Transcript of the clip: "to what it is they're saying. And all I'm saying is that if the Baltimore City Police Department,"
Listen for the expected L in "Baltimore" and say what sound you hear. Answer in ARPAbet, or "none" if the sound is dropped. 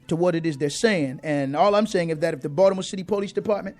none